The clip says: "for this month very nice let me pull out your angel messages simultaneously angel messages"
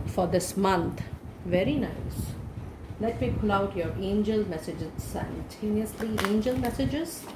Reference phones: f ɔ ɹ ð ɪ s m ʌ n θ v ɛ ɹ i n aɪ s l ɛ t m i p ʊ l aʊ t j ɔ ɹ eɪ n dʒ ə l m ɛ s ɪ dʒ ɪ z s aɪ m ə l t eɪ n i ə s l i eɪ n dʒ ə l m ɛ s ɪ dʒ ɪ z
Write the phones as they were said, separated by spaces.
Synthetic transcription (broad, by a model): f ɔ ɹ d ɪ s m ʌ n t v ɛ ɹ i n aɪ s l ɛ t m i p ʊ l aʊ t j ɔ ɹ eɪ n dʒ ə l m ɛ s ɪ dʒ ɪ z s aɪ ə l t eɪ n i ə s l i eɪ n dʒ ə l m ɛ s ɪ dʒ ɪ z